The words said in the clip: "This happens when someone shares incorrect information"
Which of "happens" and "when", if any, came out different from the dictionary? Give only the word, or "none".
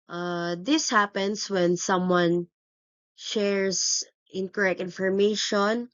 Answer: happens